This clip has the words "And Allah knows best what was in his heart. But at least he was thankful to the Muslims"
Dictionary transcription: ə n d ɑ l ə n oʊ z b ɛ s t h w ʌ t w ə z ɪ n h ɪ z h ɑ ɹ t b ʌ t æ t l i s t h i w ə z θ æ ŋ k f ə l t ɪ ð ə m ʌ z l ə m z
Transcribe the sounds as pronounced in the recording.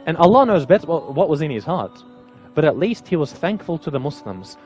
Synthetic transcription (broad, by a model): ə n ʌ l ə n oʊ z b ɛ s t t w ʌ t w ə z ɪ n ɪ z h ɑ ɹ t b ʌ t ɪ t l i s t h i w ə z θ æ ŋ k f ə l t ɪ ð ə m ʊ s l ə m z